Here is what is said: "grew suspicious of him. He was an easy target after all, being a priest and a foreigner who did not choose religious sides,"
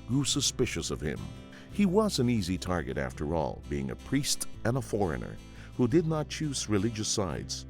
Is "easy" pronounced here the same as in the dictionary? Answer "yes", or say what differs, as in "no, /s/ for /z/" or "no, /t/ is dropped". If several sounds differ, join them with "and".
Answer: yes